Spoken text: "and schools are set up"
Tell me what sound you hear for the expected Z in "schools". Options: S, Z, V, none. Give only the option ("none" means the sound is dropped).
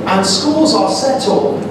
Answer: Z